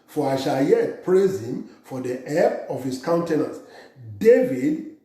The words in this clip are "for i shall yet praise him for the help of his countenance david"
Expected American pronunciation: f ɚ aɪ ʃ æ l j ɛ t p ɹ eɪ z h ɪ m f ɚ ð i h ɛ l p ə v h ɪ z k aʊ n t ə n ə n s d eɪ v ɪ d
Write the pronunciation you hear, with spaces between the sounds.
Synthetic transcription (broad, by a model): f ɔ aɪ ʃ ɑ l j ɛ t p ɹ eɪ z h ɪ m f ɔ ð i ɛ p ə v h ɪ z k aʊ n t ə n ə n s d eɪ v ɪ d